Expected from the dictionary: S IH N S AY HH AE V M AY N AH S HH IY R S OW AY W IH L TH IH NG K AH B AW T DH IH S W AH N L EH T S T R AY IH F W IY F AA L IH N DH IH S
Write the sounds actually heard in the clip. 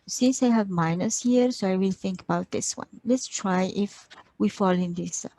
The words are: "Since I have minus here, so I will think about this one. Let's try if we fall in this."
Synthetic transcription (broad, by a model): S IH N S AY HH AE V M AY N AH S HH IY R S OW AY W IH L TH IH NG K AH B AW T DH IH S W AH N L EH T S T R AY IH F W IY F AA L IH N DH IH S